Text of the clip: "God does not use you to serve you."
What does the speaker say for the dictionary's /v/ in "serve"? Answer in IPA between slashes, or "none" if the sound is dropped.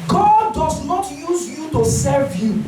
/v/